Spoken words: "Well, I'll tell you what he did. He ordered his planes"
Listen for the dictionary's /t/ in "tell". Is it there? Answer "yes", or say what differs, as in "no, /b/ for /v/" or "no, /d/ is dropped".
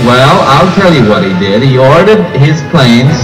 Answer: yes